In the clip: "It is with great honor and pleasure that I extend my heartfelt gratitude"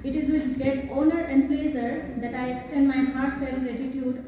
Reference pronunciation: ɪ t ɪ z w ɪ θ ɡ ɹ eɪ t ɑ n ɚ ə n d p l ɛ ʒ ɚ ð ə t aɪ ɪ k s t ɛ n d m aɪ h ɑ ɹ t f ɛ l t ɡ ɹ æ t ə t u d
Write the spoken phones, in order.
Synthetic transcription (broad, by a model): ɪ t ɪ z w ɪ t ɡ eɪ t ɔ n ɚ ə n d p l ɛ z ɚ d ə t aɪ ɪ k s t ɛ n d m aɪ h ɑ ɹ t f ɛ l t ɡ ɹ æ t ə t u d